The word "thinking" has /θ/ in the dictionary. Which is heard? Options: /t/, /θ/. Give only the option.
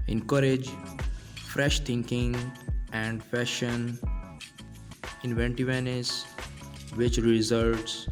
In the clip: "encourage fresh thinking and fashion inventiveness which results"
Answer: /t/